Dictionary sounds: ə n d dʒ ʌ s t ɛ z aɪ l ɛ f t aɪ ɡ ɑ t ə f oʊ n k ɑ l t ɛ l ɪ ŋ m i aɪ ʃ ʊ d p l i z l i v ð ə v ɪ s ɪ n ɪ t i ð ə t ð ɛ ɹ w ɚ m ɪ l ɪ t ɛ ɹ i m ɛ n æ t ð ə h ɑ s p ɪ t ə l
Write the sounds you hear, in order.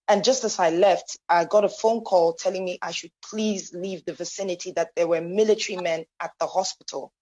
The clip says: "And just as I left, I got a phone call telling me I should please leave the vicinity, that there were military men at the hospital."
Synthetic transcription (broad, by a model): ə n dʒ ʌ s t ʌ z aɪ l ɛ f t aɪ ɡ ɑ t ə f oʊ n k ɑ l t ɛ l ɪ ŋ m i aɪ ʃ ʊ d p l i z l i v ð ə v ɪ s ɪ n ɪ t i ð ə t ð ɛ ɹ w ɚ m ɪ l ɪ t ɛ ɹ i m ɛ n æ t ð ə h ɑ s p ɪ t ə l